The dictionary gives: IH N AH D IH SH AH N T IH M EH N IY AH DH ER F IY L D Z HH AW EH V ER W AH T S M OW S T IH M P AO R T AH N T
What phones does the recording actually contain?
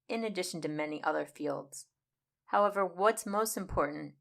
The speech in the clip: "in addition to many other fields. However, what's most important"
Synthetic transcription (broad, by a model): IH N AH D IH SH N T IH M EH N IY AH DH ER F IY L D Z HH AW EH V ER W AH T S M OW S T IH M P AO R T N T